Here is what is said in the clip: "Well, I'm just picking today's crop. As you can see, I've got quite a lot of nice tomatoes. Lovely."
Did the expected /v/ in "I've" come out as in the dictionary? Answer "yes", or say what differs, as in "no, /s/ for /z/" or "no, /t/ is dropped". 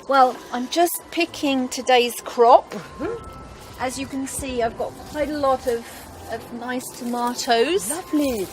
yes